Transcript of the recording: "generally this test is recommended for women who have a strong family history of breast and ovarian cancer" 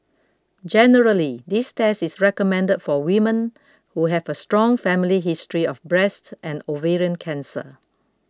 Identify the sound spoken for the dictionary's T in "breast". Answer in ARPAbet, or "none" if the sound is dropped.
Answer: T